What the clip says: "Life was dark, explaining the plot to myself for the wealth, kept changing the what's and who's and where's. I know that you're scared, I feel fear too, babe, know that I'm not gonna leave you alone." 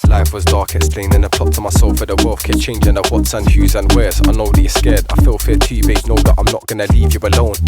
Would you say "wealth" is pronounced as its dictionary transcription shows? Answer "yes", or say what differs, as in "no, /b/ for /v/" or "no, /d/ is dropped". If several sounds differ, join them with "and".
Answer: no, /f/ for /θ/